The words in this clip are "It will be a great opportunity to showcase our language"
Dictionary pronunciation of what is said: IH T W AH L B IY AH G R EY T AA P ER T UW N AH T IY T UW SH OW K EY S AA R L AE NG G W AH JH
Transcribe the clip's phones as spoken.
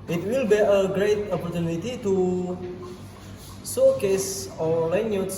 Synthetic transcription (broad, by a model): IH T W AH L B IY AH G R EY T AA P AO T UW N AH T IY T UW S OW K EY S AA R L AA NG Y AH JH